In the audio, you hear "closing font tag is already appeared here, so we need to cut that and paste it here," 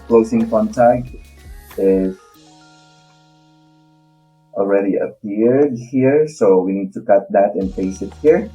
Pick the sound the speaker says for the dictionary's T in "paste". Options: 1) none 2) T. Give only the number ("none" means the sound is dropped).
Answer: 1